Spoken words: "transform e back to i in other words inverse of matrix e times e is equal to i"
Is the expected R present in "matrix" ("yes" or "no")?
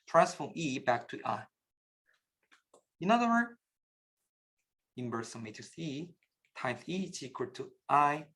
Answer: no